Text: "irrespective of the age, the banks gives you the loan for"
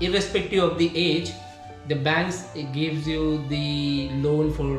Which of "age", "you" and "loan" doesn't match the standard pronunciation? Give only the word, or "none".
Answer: none